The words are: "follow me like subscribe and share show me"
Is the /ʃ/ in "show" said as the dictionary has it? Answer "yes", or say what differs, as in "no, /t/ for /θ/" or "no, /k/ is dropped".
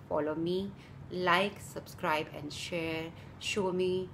yes